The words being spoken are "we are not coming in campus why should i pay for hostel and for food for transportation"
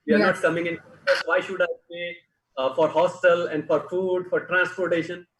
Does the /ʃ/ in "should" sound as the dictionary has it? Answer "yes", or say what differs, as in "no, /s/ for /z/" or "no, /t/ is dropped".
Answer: yes